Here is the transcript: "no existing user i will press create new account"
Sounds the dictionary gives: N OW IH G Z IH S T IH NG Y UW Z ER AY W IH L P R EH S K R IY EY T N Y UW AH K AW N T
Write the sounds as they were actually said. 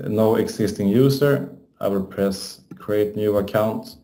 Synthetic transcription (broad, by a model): N OW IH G S IH S T IH NG Y UW S ER AY W IH L P R EH S K R IY EY T N Y UW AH K AW N T